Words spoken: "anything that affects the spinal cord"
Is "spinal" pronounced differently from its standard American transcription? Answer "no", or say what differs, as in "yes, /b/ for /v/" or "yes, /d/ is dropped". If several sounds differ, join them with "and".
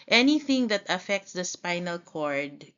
no